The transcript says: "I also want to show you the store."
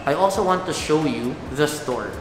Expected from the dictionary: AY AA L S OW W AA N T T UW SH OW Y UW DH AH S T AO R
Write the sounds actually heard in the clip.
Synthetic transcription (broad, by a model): AY AA L S OW W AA N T T UW SH OW Y UW DH AH S T AO R